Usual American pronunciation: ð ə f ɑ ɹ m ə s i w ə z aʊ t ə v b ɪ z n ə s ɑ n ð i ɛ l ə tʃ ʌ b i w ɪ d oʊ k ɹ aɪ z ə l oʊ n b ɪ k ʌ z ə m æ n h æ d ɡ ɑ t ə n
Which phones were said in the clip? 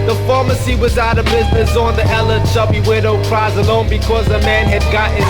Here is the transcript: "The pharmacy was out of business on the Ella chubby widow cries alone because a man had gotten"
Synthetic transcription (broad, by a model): ð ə f ɑ ɹ m ə s i w ə z aʊ t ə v b ɪ z n ə s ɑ n ð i ɛ l ə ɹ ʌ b i w ɪ d oʊ k ɹ aɪ z ə l oʊ n b ɪ k ʌ z ə m æ n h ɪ d ɡ ɑ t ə